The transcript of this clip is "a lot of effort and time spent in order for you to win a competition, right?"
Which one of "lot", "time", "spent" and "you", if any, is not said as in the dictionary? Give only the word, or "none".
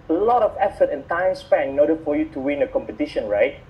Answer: spent